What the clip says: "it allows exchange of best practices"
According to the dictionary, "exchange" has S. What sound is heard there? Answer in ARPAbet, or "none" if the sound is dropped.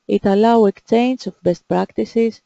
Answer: none